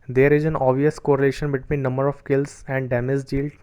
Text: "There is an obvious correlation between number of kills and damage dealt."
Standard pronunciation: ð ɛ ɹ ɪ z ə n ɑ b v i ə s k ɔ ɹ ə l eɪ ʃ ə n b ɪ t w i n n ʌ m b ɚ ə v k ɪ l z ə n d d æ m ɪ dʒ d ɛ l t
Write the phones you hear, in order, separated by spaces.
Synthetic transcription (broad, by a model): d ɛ ɹ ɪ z ə n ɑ v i ə s k ɔ ɹ ə l eɪ ʃ ə n b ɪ t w i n n ʌ m b ɚ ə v k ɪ l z ə n d d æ m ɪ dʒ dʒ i l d